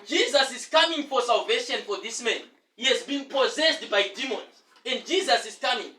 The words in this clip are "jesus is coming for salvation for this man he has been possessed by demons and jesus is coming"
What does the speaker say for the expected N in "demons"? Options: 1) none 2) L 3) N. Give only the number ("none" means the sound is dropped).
3